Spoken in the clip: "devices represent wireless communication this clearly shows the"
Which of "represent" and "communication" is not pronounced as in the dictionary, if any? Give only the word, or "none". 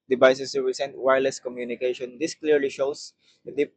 represent